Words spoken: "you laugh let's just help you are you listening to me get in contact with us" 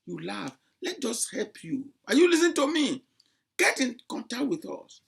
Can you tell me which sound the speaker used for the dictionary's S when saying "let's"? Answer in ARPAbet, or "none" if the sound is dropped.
none